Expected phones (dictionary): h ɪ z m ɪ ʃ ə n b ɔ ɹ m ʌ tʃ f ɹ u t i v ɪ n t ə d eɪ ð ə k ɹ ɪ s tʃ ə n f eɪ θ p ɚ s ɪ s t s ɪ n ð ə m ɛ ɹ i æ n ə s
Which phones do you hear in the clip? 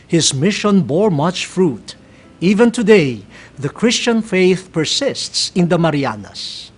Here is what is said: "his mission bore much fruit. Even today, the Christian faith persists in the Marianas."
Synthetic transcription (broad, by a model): h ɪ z m ɪ ʃ ə n b ɔ ɹ m ʌ tʃ f ɹ u t i v ɪ n t ə d eɪ ð ə k ɹ ɪ s tʃ ə n f eɪ θ p ɚ s ɪ s t s ɪ n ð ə m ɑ ɹ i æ n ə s